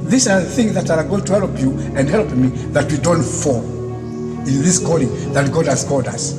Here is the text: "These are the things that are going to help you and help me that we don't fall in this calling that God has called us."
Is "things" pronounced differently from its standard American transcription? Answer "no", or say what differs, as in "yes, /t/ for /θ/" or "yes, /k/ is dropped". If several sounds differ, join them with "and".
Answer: no